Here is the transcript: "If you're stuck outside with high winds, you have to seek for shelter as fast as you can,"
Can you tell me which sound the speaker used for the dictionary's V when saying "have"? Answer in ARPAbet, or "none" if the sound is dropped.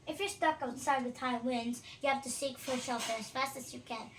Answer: F